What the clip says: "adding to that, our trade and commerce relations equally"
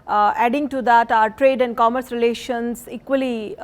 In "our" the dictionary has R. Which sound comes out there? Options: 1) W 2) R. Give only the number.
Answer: 2